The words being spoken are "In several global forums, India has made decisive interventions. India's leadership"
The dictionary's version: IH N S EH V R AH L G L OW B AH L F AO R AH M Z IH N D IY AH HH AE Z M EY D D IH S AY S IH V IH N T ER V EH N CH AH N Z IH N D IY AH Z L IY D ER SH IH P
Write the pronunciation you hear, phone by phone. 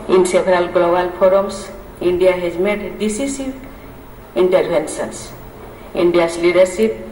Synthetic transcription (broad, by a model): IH N S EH B R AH L G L OW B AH L P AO R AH M S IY N D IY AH HH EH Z M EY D D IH S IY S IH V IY N T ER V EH N S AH N S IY N D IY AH S L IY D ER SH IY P